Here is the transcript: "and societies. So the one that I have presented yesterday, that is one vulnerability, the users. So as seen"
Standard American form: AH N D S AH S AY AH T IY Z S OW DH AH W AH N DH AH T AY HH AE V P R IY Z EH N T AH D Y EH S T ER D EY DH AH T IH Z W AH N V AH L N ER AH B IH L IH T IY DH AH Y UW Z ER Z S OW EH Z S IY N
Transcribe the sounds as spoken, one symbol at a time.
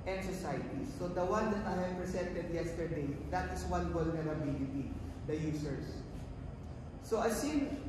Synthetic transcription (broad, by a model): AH N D S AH S AY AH T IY S OW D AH W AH N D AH T AY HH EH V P R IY S EH N T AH D Y EH S T ER D EY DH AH T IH S W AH N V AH L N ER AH B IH L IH T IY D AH Y UW S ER S OW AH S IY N